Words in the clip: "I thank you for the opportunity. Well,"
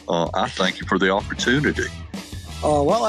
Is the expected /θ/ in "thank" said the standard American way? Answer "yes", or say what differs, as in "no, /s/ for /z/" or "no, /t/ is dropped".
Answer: yes